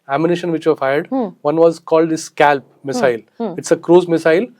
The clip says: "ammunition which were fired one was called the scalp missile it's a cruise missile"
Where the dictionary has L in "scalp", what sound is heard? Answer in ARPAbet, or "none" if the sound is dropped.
L